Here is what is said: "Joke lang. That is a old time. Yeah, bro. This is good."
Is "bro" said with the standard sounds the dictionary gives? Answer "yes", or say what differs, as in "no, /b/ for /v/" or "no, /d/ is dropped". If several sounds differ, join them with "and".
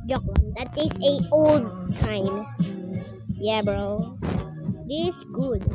yes